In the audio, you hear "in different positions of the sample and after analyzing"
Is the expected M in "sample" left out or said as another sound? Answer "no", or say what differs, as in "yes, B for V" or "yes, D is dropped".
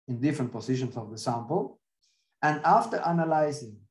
no